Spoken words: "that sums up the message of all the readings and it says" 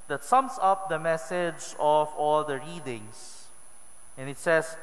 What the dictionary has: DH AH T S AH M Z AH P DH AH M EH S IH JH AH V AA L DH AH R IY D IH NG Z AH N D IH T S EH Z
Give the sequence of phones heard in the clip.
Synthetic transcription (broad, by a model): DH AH T S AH M S AH P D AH M EH S IH JH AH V AA L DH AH R IY D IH NG S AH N IH T S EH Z